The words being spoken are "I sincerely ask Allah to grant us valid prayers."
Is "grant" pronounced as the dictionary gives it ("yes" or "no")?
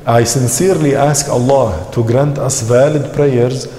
yes